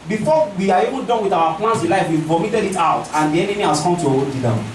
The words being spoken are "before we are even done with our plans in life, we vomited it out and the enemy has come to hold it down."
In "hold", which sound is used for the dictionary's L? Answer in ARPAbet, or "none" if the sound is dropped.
none